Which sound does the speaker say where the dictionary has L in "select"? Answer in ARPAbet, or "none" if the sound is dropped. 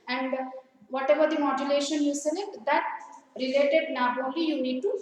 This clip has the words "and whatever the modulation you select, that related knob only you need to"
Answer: N